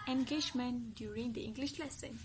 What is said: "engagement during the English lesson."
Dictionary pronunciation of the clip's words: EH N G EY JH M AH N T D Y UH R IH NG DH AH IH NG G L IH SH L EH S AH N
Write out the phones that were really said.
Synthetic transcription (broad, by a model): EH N G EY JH M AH N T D Y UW R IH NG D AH IH NG G L IH SH L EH S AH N